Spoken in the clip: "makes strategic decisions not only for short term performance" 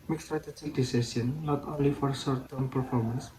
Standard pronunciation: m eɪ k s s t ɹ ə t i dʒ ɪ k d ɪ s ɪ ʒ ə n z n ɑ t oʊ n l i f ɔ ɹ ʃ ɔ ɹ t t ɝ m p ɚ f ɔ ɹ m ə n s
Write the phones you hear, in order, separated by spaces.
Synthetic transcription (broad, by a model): m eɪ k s s t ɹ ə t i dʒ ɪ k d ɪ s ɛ s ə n n ɑ t oʊ n l i f ɔ ɹ s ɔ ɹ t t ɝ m p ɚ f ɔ ɹ m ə n s